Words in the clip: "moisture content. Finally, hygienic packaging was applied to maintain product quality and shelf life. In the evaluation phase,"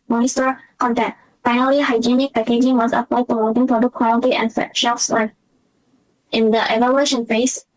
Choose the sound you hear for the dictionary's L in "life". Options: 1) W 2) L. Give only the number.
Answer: 1